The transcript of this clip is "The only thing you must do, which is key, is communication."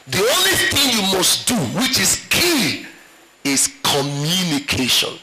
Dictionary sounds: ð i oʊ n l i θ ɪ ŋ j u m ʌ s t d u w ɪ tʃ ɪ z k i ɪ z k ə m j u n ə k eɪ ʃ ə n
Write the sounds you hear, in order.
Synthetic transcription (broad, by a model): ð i oʊ n l i θ ɪ ŋ j u m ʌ s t d u w ɪ tʃ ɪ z k i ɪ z k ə m j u n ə k eɪ ʃ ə n